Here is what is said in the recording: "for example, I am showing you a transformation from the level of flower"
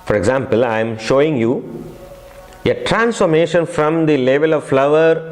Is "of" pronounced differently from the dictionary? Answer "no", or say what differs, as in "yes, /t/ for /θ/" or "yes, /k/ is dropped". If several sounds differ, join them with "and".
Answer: no